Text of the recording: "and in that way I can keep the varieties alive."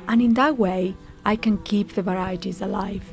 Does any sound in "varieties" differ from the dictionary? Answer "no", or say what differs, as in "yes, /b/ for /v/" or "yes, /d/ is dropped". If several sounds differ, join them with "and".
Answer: no